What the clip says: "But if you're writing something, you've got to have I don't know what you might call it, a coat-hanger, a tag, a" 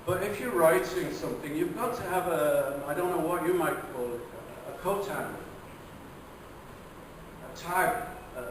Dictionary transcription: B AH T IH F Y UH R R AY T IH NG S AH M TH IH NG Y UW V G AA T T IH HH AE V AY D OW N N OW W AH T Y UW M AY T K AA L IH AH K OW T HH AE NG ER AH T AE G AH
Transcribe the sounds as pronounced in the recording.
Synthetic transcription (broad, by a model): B AH T IH F Y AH R R AY T IH NG S AH M TH IH NG Y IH V G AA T T IH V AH AY D OW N N OW W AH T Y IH M AY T K AA L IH AH K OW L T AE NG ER AH T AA AH